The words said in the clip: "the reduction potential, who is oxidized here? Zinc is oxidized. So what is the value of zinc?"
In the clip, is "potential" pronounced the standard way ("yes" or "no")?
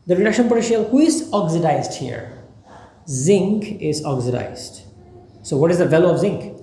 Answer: no